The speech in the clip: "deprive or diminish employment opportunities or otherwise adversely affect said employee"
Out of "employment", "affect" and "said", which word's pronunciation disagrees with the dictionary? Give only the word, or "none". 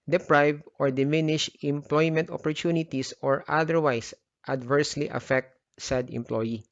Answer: none